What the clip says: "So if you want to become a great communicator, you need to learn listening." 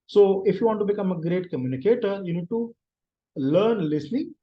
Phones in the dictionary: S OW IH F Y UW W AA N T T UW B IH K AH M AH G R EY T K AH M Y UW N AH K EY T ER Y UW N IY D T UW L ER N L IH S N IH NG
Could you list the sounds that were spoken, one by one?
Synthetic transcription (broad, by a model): S OW IH F Y UW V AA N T T UW B IH K AH M AH G R EY T K AH M Y UW N AH K EY T ER Y UW N IY D T UW L ER N L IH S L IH